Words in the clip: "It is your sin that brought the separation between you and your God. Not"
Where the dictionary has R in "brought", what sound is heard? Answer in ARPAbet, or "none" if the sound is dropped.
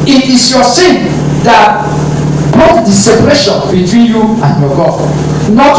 none